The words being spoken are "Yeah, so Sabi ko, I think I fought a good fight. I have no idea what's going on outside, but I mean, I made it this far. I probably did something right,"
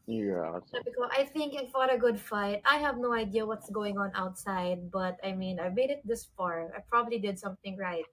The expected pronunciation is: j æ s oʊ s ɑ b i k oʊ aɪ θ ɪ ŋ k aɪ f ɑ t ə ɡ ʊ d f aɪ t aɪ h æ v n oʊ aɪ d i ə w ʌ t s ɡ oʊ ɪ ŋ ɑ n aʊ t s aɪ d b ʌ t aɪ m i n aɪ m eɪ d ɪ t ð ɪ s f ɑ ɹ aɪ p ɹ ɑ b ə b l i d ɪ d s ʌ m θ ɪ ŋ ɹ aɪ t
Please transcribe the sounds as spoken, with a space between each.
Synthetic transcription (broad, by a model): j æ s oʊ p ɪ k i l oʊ aɪ θ ɪ ŋ k aɪ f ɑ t ə ɡ ʊ d f aɪ t aɪ h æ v n oʊ aɪ d i ə w ʌ t s ɡ oʊ ɪ ŋ ɑ n aʊ t s aɪ d b ʌ t aɪ m i n aɪ m eɪ d ɪ t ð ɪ s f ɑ ɹ aɪ p ɹ ɑ b ə b l i d ɪ d s ʌ m θ ɪ ŋ ɹ aɪ t